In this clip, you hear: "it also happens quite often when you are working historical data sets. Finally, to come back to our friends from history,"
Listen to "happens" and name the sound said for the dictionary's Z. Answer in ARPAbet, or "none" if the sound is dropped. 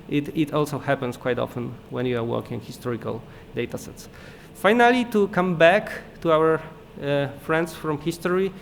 S